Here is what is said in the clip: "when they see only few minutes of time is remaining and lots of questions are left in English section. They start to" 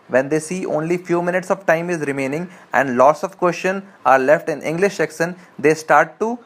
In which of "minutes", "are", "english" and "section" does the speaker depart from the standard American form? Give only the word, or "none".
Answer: section